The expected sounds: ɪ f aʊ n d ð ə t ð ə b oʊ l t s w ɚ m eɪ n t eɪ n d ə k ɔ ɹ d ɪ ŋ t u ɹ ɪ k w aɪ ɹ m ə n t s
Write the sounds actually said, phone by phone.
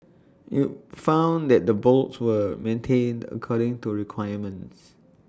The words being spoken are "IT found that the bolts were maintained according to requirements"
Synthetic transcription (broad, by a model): ɪ f aʊ n d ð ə t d ə b oʊ l t s w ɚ m eɪ n t eɪ n d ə k ɔ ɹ d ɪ ŋ t u ɹ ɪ k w aɪ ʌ m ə n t s